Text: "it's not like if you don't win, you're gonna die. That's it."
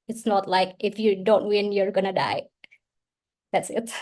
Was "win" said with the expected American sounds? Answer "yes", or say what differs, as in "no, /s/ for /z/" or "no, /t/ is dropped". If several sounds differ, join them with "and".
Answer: yes